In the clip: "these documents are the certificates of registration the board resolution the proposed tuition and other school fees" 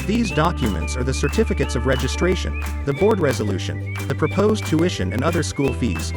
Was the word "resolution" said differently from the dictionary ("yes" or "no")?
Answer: no